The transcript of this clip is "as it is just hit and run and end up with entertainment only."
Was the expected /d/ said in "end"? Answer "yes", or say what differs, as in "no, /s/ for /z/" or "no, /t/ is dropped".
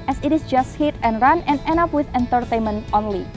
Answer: no, /d/ is dropped